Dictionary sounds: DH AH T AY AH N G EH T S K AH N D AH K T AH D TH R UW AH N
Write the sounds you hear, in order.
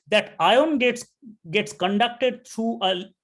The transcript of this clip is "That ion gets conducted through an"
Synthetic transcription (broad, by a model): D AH T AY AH N G EH T S K AH N D AH K T AH D T R UW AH